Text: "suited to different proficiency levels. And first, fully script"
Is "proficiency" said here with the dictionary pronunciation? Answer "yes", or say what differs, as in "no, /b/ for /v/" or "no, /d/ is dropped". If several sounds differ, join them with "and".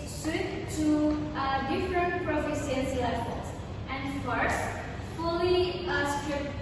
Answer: no, /s/ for /ʃ/